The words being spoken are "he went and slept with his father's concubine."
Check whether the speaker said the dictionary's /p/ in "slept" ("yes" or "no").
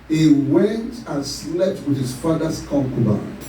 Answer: no